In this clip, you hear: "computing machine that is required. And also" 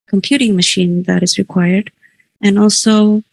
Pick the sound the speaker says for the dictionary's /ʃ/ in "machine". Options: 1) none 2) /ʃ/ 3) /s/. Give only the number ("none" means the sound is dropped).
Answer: 2